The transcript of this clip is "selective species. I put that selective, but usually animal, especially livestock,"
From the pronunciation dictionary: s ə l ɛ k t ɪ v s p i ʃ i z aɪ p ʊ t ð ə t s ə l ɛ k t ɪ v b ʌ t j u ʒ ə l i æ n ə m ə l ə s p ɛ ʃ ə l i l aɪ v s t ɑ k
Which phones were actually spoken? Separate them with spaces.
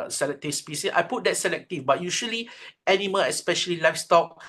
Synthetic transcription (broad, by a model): s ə l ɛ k t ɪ s p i s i s aɪ p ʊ t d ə t s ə l ɛ k t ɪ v b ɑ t j u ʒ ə l i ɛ n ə m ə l ə s p ɛ ʃ ə l i l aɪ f s t ɑ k